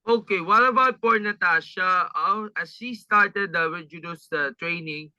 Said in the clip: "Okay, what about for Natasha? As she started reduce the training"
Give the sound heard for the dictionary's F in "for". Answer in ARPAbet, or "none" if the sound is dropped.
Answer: P